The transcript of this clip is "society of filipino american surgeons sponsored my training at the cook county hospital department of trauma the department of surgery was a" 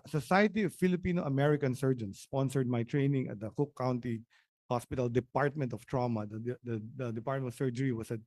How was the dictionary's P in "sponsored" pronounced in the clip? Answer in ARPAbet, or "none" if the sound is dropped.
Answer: none